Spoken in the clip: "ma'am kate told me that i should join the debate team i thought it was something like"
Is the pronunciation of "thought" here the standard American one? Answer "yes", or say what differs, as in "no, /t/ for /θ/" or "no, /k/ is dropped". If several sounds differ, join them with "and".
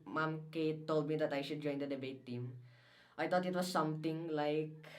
no, /t/ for /θ/